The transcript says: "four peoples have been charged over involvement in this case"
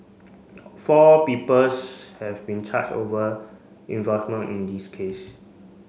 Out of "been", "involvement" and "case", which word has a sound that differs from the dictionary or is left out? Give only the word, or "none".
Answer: involvement